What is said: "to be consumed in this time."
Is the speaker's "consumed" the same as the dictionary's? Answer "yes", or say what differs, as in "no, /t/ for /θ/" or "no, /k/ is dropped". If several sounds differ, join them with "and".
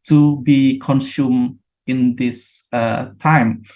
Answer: no, /d/ is dropped